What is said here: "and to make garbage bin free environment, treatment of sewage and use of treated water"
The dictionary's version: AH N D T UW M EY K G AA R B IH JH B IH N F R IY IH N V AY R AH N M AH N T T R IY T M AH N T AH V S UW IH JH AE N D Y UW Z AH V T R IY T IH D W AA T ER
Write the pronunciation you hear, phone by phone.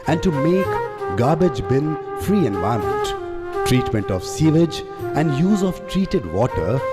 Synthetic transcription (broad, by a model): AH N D T UW M EY K G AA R B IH JH B IH N F R IY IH N V AY AH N M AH N T T R IY T M AH N T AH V S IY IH JH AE N D Y UW Z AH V T R IY T IH D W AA T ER